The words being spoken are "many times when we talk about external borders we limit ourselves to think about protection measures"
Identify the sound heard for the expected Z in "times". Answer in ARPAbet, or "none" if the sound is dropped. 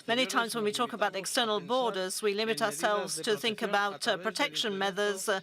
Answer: Z